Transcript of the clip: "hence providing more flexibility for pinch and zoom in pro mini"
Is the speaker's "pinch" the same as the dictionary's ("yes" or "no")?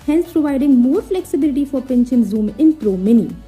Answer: no